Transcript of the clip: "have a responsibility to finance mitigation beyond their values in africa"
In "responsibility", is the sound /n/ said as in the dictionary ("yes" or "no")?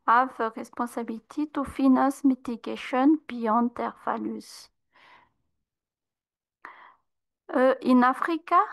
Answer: no